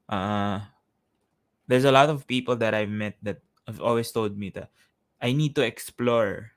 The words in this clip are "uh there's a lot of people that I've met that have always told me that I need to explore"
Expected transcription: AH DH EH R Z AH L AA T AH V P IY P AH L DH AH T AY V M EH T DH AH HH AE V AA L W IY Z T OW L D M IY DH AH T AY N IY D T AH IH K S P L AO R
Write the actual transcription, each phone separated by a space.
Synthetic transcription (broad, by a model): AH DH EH R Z AH L AA T AH V P IY P AH L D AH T AY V M EH T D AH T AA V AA L W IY S T OW L D M IY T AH T AY N IY D T AH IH K S P L AO R